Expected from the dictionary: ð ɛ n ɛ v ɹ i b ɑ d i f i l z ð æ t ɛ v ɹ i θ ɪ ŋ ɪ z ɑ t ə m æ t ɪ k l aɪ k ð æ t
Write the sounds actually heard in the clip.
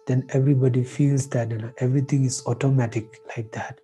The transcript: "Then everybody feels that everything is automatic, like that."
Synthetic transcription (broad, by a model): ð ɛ n ɛ v ɹ i b ɑ d i f i l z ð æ t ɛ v ɹ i t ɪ ŋ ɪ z ɑ t ə m æ t ɪ k l aɪ k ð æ t